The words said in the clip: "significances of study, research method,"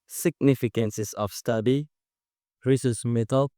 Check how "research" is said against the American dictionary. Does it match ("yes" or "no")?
no